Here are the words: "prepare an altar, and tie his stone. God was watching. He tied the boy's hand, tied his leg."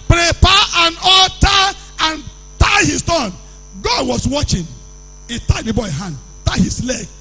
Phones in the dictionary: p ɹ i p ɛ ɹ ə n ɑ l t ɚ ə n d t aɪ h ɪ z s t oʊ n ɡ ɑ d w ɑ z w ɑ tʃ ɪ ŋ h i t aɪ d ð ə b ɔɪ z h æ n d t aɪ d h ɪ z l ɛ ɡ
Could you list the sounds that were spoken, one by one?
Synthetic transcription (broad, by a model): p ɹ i p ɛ ə n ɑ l t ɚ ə n t aɪ h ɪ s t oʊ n ɡ ɑ d w ɑ s w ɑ tʃ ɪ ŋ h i t aɪ d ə b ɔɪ h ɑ n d t aɪ h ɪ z l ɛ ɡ